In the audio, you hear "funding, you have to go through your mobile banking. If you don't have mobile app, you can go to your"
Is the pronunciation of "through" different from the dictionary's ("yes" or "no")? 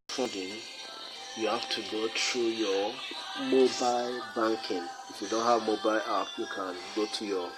yes